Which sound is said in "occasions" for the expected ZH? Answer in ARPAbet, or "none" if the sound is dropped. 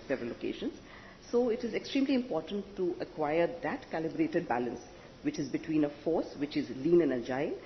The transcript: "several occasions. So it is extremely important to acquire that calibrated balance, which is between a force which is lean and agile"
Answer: SH